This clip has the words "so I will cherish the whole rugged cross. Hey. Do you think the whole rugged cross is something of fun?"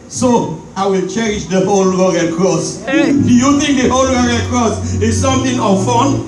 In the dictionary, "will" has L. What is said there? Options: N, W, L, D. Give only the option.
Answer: L